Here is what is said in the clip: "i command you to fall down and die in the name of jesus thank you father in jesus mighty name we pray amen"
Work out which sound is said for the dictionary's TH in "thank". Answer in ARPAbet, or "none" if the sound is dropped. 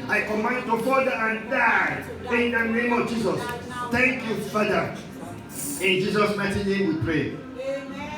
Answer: T